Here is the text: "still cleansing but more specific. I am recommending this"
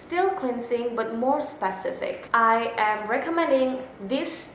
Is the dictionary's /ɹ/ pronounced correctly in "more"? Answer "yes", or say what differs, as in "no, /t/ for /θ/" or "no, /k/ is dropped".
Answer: yes